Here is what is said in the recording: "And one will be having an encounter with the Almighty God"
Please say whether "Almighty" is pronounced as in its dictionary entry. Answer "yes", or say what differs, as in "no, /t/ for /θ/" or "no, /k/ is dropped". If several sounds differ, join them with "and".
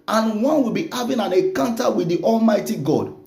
yes